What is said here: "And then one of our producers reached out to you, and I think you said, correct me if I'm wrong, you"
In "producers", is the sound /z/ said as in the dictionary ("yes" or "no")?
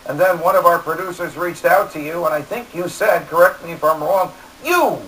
yes